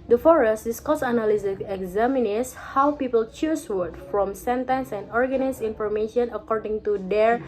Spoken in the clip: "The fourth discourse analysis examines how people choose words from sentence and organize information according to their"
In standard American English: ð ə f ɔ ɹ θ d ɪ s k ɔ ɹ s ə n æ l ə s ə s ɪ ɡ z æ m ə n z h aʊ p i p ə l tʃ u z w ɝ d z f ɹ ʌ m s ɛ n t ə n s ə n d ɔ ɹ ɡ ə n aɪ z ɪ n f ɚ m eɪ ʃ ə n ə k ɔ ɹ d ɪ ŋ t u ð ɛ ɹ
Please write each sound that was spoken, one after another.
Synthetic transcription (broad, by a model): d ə f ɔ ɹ s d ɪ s k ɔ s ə n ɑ l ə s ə ɪ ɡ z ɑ m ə n s h aʊ p i p ə l tʃ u s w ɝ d f ɹ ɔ m s ɛ n t ə n s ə n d ɔ ɹ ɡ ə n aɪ s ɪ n f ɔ m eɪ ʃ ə n ə k ɔ ɹ d ɪ ŋ t u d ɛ ɹ